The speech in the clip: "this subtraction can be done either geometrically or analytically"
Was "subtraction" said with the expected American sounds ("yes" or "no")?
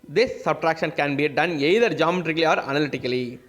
yes